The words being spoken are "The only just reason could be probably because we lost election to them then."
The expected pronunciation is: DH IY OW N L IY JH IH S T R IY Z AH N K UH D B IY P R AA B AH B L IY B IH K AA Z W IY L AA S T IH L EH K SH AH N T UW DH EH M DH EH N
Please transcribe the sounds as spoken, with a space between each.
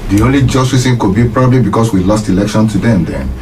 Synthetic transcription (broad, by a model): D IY OW N L IY JH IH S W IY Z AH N K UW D B IY P R AA B AH B L IY B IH K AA S W IY L AA S T IH L EH K SH AH N T UW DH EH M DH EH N